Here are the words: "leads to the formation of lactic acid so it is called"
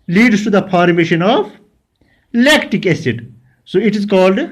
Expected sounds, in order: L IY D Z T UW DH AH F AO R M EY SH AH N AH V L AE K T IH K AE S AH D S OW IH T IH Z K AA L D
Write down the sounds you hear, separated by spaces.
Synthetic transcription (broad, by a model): L IY D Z T UW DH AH P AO R M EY SH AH N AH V L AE K T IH K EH S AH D S OW IH T IH Z K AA L D